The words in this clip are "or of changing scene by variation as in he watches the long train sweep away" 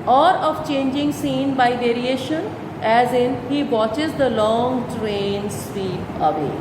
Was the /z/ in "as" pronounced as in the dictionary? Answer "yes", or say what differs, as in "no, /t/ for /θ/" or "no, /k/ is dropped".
yes